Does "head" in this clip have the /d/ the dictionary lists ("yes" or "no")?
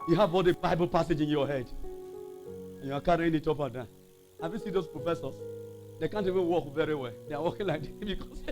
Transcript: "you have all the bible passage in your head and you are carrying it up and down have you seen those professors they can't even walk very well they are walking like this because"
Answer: yes